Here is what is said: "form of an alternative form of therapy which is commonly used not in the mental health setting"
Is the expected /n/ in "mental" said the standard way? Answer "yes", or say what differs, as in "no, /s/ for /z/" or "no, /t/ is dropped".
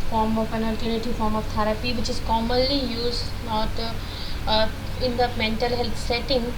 yes